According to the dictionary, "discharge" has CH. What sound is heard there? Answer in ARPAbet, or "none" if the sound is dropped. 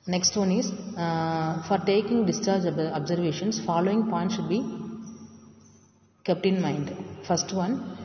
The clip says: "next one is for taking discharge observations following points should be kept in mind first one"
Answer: CH